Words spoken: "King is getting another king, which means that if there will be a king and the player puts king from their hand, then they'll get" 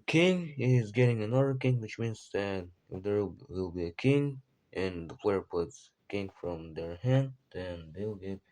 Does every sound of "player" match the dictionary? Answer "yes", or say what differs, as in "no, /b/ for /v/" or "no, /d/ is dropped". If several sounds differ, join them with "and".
no, /f/ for /p/